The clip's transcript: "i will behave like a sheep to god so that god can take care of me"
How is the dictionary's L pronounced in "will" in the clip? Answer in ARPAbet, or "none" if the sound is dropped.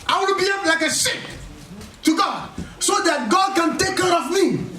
N